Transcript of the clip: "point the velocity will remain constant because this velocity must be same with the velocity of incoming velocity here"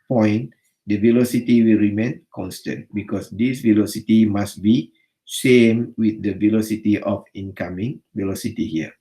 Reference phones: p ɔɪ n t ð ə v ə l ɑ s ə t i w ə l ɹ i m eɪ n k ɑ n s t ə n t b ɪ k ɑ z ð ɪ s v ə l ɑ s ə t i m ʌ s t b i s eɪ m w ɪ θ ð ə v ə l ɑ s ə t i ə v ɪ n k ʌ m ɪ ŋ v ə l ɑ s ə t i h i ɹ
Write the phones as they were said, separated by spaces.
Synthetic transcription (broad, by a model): p ɔɪ n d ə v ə l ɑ s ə t i w ə l ɹ i m eɪ n k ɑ n s t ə n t b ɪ k ɑ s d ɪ s v ə l ɑ s ə t i m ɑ s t b i ʃ eɪ m w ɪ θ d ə v ə l ɑ s ə t i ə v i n k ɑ m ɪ ŋ v ə l ɑ s ə t i h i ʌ